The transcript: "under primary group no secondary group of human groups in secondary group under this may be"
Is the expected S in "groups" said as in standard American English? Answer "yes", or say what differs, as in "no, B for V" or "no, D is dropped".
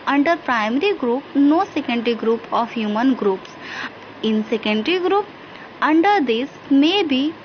yes